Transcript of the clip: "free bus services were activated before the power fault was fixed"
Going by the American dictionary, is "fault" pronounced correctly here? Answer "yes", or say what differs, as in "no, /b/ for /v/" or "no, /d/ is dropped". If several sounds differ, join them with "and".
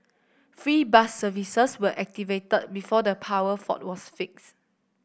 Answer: no, /l/ is dropped